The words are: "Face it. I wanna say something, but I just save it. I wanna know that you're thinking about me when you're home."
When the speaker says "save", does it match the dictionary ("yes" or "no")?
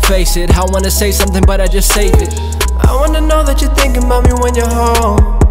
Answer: no